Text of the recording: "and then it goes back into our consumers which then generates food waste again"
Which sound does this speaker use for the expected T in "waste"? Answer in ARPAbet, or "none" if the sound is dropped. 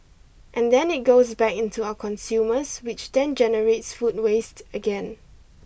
T